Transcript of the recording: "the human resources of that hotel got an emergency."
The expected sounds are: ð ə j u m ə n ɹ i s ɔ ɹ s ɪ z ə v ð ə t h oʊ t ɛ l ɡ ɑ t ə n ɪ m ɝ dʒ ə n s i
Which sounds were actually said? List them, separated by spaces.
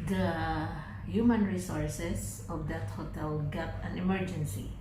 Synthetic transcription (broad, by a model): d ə j u m ə n ɹ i s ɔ ɹ s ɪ s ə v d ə t h oʊ t ɛ l ɡ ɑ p ə n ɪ m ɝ dʒ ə n s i